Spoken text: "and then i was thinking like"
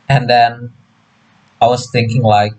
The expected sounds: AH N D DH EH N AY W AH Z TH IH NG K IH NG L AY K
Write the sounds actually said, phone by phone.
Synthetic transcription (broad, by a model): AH N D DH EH N AY W AH Z TH IH NG K IH NG L AY K